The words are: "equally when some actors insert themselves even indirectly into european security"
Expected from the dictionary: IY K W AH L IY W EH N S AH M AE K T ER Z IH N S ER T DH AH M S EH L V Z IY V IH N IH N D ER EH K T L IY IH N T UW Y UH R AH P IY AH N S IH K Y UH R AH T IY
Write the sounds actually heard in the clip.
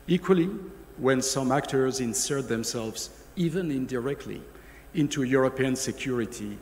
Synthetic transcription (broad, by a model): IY K W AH L IY W EH N S AH M AE K T ER Z IH N S ER T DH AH M S EH L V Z IY V IH N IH N D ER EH K T L IY IH N T UW Y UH R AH P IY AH N S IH K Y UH R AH T IY